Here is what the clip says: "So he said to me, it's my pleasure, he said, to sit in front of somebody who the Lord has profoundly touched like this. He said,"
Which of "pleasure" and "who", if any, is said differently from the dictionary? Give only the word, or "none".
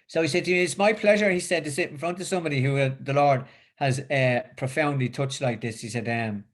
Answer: none